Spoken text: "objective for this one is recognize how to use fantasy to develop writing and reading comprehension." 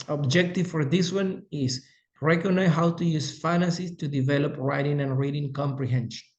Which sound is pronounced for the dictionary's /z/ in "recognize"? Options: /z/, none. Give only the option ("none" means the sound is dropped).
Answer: none